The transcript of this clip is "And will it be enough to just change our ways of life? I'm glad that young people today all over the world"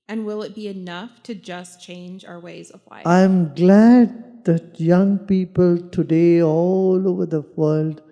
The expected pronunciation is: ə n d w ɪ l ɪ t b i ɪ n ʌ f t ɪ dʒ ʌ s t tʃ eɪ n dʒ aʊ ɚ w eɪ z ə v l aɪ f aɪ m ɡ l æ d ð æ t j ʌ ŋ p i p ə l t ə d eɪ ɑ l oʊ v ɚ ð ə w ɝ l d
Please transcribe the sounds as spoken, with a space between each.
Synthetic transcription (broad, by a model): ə n w ɪ l ɪ t b i ɪ n ʌ f t ɪ dʒ ʌ s tʃ eɪ n dʒ aʊ ɚ w eɪ z ə v l aɪ aɪ m ɡ l æ d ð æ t j ʌ ŋ p i p ə l t ə d eɪ ɑ l oʊ v ɚ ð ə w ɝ l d